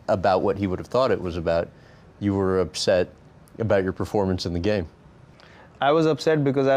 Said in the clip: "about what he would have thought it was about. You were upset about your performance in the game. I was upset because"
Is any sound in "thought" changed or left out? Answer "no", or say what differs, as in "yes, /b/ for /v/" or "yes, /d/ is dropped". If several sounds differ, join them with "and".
no